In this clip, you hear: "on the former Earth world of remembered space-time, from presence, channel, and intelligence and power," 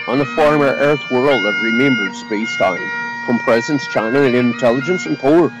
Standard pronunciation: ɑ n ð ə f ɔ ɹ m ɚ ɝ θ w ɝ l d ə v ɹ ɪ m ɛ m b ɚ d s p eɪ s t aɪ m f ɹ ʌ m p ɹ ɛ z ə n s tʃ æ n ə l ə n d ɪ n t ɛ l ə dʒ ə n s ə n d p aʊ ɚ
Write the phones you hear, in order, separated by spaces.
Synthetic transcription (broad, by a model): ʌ n ð ə f ɔ ɹ m ɚ ɝ θ w ɝ l d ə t ɹ ɪ m ɛ m b ɚ d s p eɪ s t aɪ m f ɹ ʌ m p ɹ ɛ z ə n s tʃ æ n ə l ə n ɪ n t ɛ l ə dʒ ə n s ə n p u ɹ